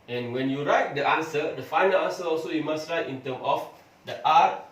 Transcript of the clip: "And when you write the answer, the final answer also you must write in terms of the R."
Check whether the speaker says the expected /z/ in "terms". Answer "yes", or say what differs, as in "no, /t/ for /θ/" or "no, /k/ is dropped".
no, /z/ is dropped